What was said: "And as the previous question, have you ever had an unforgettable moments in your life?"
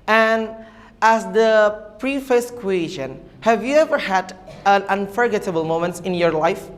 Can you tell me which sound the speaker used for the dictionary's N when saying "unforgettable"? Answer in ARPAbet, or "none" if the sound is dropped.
N